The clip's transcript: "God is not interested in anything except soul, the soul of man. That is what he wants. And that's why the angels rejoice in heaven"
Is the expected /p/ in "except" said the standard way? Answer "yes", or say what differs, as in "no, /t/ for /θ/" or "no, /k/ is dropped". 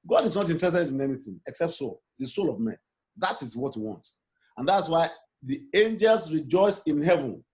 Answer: yes